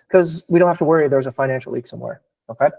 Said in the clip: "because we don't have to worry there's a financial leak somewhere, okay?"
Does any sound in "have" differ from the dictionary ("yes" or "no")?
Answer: yes